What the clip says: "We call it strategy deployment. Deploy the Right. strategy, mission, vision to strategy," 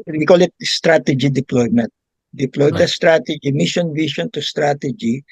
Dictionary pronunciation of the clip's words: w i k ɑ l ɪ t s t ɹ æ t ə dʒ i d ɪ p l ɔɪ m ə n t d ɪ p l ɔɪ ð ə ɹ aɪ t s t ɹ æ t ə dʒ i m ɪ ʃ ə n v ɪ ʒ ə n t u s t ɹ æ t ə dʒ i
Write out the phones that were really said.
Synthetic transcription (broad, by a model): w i k ɑ l ɪ t s t ɹ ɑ t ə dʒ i d ɪ p l ɔɪ m ə n t d ɪ p l ɔɪ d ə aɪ s t ɹ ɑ t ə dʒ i m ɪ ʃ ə n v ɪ ʃ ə n t u s t ɹ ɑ t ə dʒ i